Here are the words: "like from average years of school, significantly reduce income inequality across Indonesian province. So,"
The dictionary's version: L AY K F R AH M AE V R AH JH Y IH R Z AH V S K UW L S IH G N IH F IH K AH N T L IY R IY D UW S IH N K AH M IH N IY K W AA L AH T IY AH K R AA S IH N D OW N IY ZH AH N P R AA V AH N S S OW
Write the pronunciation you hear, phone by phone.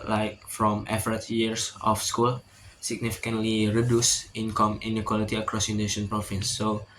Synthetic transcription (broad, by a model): L AY K F R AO M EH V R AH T Y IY R S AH F S K UW L S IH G N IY F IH K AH N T L IY R IY D UW S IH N K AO M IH N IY K W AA L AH T IY AH K R AA S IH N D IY SH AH N P R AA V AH N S S OW